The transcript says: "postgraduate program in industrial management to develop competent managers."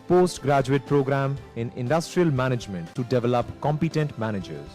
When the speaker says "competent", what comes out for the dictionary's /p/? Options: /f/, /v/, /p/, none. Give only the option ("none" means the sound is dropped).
/p/